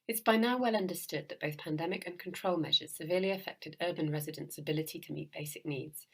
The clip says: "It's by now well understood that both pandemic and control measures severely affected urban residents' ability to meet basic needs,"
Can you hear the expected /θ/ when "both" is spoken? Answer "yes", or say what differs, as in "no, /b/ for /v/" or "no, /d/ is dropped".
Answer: yes